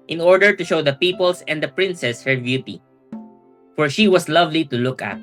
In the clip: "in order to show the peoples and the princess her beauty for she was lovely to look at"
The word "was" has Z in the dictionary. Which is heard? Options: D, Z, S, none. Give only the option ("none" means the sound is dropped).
S